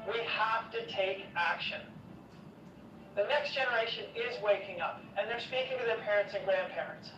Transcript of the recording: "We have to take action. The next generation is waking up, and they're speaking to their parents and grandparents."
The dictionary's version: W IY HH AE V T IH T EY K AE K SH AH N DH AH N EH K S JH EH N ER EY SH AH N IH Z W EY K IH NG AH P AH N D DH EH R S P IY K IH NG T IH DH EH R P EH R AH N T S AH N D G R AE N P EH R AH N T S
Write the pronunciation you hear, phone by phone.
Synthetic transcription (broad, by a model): W IY HH AE F T IH T EY K AE K SH AH N DH AH N EH K S JH EH N ER EY SH AH N IH Z W EY K IH NG AH P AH N DH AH R S P IY K IH NG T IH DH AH R P EH R AH N T S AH N G R AE N P EH R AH N T S